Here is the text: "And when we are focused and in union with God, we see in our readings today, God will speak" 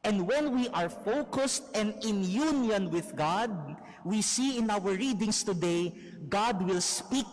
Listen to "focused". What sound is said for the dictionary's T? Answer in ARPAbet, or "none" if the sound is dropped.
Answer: T